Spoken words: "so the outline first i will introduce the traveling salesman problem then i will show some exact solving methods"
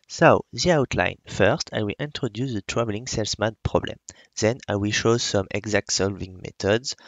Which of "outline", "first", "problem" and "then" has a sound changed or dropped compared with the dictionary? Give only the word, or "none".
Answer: none